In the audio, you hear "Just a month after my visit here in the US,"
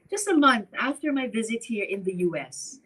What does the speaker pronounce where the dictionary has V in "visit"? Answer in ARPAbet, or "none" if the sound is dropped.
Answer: V